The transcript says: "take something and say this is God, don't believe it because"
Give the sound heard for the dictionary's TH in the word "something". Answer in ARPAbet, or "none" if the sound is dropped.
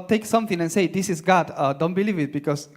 T